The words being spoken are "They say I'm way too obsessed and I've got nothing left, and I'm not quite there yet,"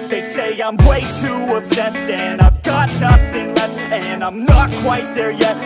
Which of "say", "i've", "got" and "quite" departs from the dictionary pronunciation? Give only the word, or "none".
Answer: none